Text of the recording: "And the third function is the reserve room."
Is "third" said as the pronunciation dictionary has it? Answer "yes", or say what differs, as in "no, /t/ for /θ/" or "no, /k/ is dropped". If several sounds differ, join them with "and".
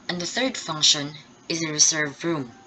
yes